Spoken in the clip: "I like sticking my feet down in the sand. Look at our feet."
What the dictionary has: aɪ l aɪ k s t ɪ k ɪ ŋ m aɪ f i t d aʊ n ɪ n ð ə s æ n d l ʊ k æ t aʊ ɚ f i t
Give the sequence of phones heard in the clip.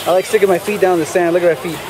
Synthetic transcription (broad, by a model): aɪ l aɪ k s t ɪ k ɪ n m aɪ f i t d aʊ ɪ n ð ə s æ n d l ʊ k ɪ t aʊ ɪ f i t